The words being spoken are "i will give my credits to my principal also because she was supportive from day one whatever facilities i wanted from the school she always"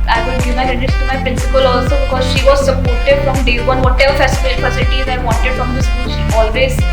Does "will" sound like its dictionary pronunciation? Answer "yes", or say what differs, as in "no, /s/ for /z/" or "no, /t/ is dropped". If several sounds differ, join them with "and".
no, /n/ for /l/